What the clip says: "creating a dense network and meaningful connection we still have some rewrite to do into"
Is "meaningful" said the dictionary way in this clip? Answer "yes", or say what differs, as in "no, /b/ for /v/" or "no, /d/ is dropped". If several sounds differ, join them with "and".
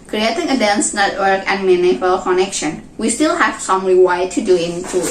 no, /ŋ/ is dropped